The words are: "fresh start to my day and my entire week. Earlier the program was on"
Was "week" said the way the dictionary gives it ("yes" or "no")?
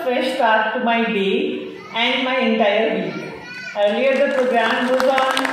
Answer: no